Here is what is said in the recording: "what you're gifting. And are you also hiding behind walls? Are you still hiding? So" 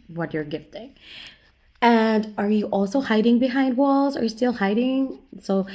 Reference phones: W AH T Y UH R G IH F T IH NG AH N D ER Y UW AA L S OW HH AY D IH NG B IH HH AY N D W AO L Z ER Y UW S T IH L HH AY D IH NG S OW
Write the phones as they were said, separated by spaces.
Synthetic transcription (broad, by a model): W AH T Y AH R G IH F T IH NG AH N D ER Y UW AA L S OW HH AY D IH NG B IH HH AY N D W AO L Z ER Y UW S T IH L HH AY D IH NG S OW